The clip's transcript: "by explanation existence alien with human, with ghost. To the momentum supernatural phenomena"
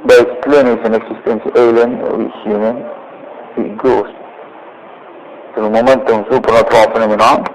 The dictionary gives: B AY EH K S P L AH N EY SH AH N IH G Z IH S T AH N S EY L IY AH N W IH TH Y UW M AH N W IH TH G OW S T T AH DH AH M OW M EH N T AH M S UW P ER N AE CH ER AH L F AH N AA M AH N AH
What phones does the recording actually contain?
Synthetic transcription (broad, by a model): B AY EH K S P L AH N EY S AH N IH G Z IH S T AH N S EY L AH N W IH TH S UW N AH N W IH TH G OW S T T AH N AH M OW M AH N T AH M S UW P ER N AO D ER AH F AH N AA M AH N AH